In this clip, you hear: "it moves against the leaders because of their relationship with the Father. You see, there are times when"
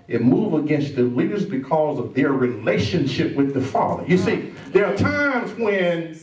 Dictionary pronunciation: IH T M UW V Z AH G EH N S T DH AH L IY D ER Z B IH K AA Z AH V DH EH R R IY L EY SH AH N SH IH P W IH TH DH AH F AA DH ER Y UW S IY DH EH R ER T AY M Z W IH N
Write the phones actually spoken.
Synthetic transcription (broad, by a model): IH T M UW V AH G EH N S T DH AH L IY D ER Z B IH K AA Z AH V DH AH R R IY L EY SH AH N SH IH P W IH DH AH F AA DH ER Y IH S IY DH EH R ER T AY M Z W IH N